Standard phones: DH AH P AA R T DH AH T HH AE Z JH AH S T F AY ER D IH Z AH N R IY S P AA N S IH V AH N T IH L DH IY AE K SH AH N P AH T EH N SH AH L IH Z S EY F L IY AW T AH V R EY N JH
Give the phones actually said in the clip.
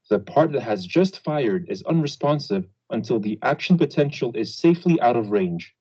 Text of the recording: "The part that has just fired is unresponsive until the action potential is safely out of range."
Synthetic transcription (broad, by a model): DH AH P AA R T DH AH T HH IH Z JH AH S T F AY ER D IH Z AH N R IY S P AA N S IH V AH N T IH L DH IY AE K SH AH N P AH T EH N SH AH L IH Z S EY F L IY AW T AH V R EY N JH